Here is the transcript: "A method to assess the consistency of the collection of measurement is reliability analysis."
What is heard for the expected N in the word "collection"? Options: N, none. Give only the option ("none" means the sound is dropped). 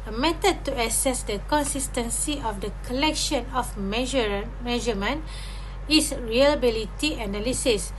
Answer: N